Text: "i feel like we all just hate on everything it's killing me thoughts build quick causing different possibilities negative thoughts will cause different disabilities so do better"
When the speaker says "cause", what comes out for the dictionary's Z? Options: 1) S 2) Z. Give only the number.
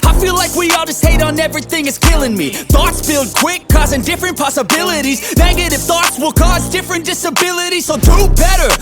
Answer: 2